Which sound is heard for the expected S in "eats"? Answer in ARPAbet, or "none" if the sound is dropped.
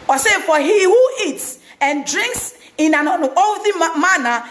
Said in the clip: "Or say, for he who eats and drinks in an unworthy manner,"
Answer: S